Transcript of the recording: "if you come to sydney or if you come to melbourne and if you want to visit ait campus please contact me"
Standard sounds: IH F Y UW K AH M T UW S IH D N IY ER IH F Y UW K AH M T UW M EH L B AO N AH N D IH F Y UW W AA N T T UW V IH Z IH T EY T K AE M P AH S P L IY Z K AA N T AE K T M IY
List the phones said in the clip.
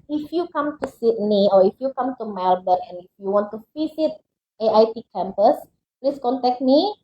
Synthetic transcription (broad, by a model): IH F Y UW K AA M T UW S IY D N IY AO IH F Y UW K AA M T UW M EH L B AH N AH N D IH F Y UW W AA N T T UW F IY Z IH T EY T K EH M P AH S P L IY S K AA N T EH K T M IY